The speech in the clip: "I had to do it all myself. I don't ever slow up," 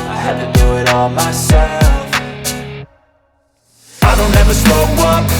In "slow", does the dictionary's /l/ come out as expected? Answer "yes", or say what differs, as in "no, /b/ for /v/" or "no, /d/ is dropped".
no, /l/ is dropped